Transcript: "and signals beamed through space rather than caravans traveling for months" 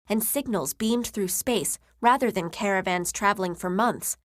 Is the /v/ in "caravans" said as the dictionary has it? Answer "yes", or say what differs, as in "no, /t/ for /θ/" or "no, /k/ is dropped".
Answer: yes